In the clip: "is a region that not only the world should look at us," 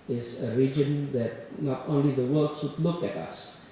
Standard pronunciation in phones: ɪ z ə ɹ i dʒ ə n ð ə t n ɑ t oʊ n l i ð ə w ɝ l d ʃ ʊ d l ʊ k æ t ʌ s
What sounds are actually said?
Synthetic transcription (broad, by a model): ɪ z ə ɹ i dʒ ə n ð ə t n ɑ t oʊ n l i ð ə w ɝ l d s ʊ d l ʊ k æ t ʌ s